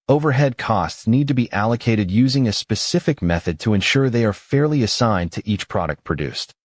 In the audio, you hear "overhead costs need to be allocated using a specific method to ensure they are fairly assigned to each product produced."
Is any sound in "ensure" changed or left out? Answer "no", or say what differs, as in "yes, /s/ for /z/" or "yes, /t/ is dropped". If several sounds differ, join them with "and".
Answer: no